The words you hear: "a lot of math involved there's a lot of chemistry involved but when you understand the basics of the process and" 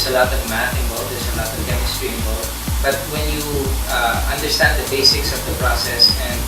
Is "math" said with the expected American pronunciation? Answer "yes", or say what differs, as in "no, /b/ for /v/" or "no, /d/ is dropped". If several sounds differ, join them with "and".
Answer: no, /t/ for /θ/